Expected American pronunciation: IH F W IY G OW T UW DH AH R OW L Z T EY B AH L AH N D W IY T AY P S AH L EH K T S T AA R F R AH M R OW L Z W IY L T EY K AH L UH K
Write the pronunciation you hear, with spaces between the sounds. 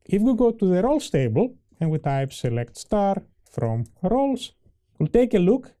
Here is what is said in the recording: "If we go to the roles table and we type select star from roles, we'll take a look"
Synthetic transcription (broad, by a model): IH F W IY G OW T UW DH AH R OW L S T EY B AH L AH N W IY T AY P S AH L EH K T S T AA R F R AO M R OW L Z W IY L T EY K AH L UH K